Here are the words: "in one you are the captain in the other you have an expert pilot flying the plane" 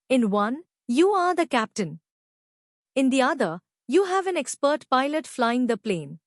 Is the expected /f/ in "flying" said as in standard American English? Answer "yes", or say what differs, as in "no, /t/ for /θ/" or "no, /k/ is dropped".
yes